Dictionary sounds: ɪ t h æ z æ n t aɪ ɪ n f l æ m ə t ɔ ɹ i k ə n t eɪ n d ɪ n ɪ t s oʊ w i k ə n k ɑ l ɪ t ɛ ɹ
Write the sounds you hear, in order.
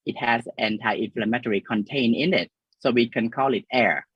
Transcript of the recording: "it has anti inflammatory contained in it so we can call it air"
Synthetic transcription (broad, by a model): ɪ t h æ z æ n t aɪ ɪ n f l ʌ m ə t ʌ ɹ i k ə n t eɪ n ɪ n ɪ t s oʊ w i k ə n k ɑ l ɪ t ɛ ɹ